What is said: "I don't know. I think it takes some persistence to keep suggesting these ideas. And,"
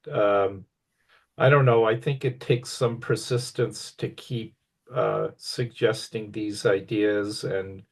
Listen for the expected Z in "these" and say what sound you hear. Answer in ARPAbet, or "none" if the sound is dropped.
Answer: Z